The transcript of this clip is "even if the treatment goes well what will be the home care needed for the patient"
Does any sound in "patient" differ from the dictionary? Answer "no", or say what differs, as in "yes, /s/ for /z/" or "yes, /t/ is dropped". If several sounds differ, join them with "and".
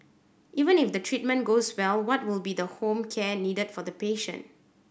no